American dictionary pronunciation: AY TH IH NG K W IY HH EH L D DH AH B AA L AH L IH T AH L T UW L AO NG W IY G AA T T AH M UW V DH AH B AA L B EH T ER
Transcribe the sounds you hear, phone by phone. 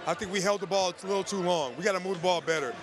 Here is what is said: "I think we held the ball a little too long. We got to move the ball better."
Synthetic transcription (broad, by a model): AY TH IH NG K W IY HH EH L D DH AH B AA L AH L IH T L T UW L AO NG W IY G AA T T AH M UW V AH B AA L B EH T ER